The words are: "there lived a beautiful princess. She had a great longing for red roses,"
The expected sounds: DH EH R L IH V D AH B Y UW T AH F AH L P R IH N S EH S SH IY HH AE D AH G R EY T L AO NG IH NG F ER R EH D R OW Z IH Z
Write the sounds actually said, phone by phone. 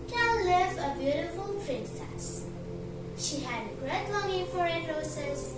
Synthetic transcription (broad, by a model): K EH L L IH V AH B Y UW T AH F AH L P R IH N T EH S SH IY HH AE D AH G R EY T L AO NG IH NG F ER R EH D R OW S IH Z